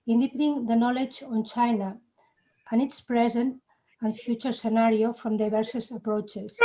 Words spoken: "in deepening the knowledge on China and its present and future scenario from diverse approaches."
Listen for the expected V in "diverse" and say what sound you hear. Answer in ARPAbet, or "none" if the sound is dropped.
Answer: B